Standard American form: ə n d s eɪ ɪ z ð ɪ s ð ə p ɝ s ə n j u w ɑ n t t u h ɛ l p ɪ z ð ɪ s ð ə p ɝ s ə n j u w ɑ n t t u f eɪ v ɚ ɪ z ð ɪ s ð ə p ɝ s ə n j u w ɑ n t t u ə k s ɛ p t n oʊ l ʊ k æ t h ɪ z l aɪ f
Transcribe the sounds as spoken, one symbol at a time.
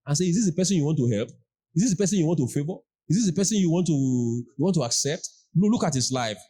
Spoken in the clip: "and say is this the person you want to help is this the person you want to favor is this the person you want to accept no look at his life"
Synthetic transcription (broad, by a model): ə n s eɪ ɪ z ð ɪ s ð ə p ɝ s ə n j u w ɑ n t t u h ɛ l p ɪ z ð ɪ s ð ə p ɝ s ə n j u w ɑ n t t u f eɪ v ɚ ɪ z ð ɪ s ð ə p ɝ s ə n j u w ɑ n t t u ə k s ɛ p t l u l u k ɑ t h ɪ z l aɪ f